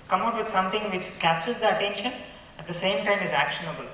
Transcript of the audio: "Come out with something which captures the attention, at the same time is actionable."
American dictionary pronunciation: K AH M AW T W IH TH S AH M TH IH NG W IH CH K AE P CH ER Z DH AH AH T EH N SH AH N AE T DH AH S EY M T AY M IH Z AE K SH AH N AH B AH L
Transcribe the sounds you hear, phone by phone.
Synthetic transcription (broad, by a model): K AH M AW T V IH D S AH M T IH NG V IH CH K AE P CH ER Z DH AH AH T EH N SH AH N AE T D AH S EY M T AY M IH Z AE K SH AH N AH B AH L